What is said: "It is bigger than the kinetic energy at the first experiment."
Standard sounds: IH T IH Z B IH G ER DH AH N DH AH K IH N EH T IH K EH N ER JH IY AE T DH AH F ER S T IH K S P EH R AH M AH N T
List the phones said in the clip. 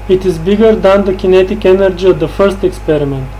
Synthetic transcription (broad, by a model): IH T IH Z B IH G ER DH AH N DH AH K IH N EH T IH K EH N ER JH IY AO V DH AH F ER S T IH K S P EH R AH M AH N T